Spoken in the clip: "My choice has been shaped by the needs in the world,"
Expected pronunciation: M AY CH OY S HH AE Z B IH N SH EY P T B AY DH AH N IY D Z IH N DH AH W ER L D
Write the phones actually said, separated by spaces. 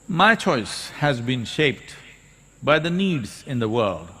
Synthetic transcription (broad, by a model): M AY CH OY S HH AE Z B IH N SH EY P T B AY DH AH N IY D Z IH N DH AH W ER L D